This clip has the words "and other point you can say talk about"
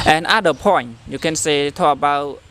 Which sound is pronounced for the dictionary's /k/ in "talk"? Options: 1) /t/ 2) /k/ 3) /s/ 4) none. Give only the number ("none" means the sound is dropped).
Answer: 4